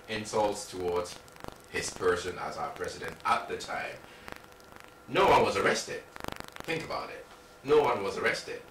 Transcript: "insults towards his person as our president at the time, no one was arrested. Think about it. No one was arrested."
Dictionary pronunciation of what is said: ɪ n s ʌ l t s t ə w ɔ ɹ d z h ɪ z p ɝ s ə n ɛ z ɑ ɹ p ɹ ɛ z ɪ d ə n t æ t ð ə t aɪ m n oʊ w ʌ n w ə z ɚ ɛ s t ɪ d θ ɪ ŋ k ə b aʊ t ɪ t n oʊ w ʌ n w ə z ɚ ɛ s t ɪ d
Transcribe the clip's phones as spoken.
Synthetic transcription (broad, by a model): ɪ n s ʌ l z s t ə w ɔ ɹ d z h ɪ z p ɝ s ə n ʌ z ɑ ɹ p ɹ ɛ z ɪ d ə n t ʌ t ð ə t aɪ m n oʊ w ʌ n w ə z ɚ ɛ s t ɪ d θ ɪ ŋ k ə b aʊ t ɪ t n oʊ w ʌ n w ə z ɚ ɛ s t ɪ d